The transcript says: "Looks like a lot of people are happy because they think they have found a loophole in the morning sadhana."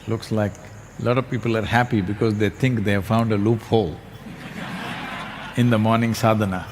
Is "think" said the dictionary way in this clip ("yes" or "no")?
no